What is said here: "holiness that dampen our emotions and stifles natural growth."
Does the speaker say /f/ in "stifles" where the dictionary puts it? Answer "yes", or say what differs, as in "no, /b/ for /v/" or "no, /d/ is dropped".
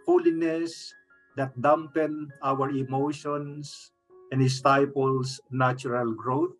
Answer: no, /p/ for /f/